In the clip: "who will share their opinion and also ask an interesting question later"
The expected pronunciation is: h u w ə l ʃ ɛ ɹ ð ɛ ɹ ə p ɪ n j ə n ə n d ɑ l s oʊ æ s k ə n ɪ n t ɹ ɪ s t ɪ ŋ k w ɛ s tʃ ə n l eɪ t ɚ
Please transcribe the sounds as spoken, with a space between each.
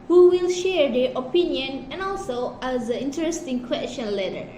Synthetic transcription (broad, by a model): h u w ə l ʃ ɛ ɹ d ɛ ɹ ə p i n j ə n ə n ɑ l s oʊ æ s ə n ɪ n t ɹ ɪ s t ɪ ŋ k w ɛ s tʃ ə n l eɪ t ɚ